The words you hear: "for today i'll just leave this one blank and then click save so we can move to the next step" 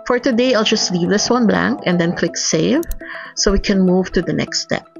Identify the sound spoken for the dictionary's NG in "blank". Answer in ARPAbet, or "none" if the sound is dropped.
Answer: NG